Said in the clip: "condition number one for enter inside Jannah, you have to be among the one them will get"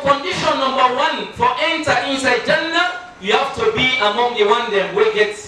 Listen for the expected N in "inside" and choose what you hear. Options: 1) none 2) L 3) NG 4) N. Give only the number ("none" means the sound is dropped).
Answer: 4